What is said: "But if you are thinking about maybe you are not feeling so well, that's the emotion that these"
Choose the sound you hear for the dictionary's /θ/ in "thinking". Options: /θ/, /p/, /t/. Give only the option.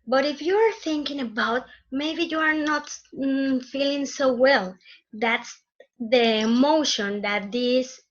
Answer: /θ/